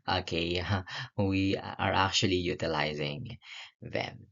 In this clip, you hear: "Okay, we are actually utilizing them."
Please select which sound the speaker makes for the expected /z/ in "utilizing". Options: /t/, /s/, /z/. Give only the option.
/z/